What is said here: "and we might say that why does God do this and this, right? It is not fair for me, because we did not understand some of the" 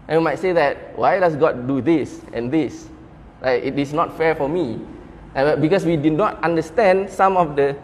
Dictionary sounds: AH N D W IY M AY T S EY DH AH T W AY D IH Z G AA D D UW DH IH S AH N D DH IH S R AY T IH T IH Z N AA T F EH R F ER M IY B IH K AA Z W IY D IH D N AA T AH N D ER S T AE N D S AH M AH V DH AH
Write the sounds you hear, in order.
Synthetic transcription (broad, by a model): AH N W IY M AY T S EY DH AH T W AY D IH S G AA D D UW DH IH S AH N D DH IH S L AY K IH T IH S N AA T F EH R F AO M IY B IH K AA S W IY D IH D N AA T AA N D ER S T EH N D S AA M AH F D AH